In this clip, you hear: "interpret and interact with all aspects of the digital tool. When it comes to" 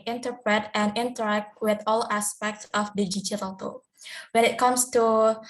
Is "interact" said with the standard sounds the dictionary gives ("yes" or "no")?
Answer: yes